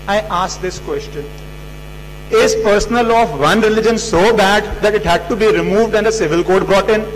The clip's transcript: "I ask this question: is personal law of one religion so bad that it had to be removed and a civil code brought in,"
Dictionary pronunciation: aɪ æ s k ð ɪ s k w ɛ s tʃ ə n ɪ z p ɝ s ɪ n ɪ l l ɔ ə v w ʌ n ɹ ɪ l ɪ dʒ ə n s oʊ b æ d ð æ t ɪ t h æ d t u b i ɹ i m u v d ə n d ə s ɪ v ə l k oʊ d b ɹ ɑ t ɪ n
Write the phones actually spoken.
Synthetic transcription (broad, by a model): aɪ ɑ s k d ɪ s k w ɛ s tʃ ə n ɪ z p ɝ s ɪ n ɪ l l ɔ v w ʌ n ɹ ɪ l ɪ dʒ ə n s oʊ b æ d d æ t ɪ t h æ d t u b i ɹ i m u v d ə n d ə s ɪ v ə l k oʊ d b ɹ ɑ t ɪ n